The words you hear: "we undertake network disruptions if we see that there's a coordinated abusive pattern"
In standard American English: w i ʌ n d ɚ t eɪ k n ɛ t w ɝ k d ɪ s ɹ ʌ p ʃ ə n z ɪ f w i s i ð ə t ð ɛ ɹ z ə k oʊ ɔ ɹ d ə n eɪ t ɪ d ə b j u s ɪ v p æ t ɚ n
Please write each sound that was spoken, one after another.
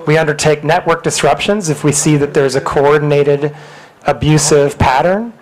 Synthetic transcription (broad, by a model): w i ʌ n d ɚ t eɪ k n ɛ t w ɝ k d ɪ s ɹ ʌ p ʃ ə n z ɪ f w i s i ð ə t ð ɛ ɹ z ə k oʊ ɔ ɹ d n eɪ t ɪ d ə b j u s ɪ v p æ t ɚ n